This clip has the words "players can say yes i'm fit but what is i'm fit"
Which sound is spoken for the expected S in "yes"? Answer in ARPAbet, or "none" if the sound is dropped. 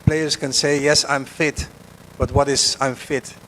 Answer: S